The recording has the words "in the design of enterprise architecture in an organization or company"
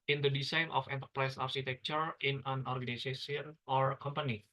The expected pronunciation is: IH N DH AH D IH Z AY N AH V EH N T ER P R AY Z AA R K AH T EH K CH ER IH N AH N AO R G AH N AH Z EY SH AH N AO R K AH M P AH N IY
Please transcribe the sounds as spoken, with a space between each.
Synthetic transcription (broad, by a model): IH N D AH D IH S AY N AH F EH N T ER P R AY S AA R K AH T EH K CH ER IH N AH N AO R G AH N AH S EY S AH N AO R K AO M P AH N IY